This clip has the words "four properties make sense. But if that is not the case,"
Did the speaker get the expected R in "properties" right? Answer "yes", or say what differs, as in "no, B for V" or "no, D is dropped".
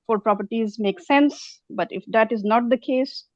yes